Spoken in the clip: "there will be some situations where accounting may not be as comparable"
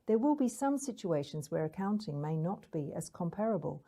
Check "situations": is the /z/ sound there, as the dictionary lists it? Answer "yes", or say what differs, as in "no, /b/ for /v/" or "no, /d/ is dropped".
yes